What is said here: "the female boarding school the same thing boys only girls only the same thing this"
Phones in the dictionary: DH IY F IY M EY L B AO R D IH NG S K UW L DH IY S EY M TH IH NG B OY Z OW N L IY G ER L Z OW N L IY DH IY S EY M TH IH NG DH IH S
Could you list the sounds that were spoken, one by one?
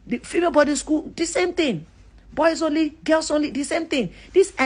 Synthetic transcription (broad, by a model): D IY F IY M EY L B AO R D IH S K UW L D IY S EY M T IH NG B OY S OW N L IY G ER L S OW N L IY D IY S EY M T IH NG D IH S